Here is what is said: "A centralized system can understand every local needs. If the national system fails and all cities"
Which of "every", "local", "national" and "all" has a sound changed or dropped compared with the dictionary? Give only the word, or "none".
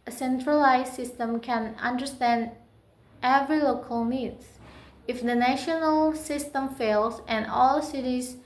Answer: none